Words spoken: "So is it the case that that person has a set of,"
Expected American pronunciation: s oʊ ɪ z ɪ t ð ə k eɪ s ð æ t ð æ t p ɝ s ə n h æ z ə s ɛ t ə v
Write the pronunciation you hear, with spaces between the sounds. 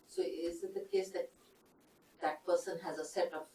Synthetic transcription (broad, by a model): s oʊ ɪ z ɪ t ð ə k eɪ s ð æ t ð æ t p ɝ s ə n h æ z ə s ɛ t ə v